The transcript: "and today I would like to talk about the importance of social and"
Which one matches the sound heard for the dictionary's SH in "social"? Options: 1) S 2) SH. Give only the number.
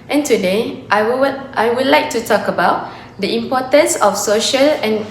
2